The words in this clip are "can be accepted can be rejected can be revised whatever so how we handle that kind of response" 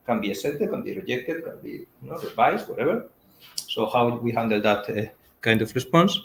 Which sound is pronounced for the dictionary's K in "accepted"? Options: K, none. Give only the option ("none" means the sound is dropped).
none